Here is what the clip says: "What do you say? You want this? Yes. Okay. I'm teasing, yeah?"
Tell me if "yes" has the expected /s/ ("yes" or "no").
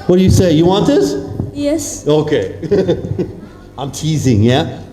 yes